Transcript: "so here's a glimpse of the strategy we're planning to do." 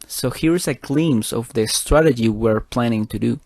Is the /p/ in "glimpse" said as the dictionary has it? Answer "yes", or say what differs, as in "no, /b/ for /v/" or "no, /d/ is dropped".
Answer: no, /p/ is dropped